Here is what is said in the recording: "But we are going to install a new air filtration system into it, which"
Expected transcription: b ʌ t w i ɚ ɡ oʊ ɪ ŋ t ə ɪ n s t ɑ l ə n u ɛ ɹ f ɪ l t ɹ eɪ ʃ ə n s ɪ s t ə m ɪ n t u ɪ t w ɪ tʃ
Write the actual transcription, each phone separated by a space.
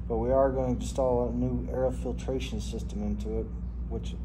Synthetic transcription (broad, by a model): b ʌ t w i ɚ ɡ oʊ ɪ ŋ t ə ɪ s t ɑ l ə n u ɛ ɹ f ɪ l t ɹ eɪ ʃ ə n s ɪ s t ə m ɪ n t u ɪ t w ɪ tʃ